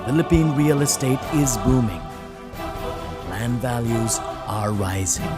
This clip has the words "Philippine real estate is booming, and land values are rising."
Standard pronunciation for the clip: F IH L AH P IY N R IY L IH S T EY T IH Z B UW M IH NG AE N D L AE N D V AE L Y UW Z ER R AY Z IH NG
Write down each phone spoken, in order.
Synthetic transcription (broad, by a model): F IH L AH P IY N R IY L IH S T EY T IH Z B UW M IH NG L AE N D V AE L Y UW Z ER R AY Z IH NG